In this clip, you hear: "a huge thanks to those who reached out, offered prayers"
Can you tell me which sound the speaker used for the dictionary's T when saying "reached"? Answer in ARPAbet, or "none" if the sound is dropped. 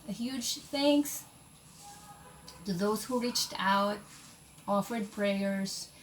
T